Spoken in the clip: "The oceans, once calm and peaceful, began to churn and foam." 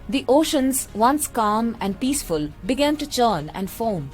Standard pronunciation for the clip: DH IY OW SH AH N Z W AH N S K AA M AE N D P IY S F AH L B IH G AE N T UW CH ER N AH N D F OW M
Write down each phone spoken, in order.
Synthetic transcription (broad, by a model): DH IY OW SH AH N Z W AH N S K AA M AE N D P IY S F AH L B IH G AE N T UW CH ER N AH N D F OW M